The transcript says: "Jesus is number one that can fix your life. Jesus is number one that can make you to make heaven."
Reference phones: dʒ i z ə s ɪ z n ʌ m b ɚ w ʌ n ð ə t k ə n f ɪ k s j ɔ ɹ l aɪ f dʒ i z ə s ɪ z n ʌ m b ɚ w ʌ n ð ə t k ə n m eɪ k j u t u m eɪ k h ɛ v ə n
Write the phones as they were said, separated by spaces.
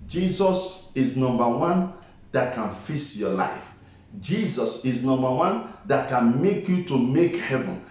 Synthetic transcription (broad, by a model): dʒ i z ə s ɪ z n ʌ m b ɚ w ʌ n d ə t k ə n f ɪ s j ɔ l aɪ f dʒ i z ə s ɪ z n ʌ m b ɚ w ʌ n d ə t k ə n m eɪ k j u t u m eɪ k h ɛ v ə n